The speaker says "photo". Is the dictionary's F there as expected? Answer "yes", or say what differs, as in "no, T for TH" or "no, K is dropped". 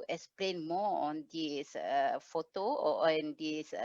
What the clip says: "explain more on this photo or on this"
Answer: yes